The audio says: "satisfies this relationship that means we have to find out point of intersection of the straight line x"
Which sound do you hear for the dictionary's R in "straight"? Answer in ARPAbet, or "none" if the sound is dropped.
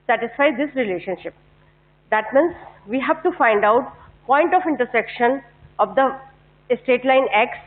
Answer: none